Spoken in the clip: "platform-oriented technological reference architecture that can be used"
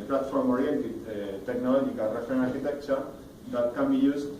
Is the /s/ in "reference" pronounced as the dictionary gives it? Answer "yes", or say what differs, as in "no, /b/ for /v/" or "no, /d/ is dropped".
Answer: no, /s/ is dropped